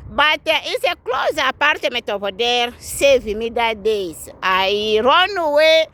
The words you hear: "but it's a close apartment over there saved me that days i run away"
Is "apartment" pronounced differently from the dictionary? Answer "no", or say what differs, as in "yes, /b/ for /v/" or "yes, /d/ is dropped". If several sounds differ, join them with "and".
yes, /n/ is dropped